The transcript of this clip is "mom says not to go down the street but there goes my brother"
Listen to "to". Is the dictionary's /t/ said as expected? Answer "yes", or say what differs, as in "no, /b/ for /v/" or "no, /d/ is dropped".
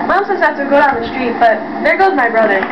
no, /s/ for /t/